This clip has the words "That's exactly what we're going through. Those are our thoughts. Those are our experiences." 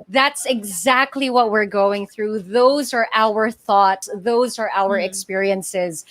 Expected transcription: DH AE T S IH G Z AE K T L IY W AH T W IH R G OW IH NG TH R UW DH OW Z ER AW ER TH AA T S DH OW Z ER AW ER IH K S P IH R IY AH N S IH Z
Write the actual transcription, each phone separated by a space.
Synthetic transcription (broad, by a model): DH AE T S IH G Z AE K T L IY W AH T W IH R G OW IH NG TH R UW DH OW Z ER AW ER TH AA T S DH OW Z ER AW ER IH K S P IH R IY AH N S IH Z